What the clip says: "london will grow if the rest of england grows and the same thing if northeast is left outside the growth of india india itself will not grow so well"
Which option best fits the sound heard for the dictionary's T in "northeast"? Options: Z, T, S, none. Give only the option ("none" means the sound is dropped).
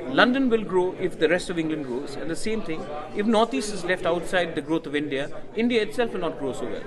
none